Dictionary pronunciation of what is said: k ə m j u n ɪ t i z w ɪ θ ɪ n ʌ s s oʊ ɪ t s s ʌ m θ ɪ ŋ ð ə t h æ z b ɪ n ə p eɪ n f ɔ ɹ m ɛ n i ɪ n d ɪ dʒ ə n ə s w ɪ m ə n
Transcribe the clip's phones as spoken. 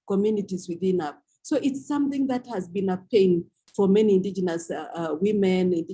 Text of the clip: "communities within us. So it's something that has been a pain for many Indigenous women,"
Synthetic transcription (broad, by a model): k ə m j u n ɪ t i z w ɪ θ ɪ n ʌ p s oʊ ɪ t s s ʌ m θ ɪ ŋ ð ə t h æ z b ɪ n ə p eɪ n f ɔ ɹ m ɛ n i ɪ n d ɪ dʒ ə n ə s w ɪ m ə n